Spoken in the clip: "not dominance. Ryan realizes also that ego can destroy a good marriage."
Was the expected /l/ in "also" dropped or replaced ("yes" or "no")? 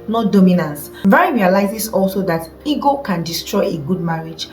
no